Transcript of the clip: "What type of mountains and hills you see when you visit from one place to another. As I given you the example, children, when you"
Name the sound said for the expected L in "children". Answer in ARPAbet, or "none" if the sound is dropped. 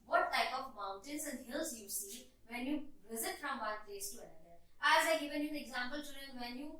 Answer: none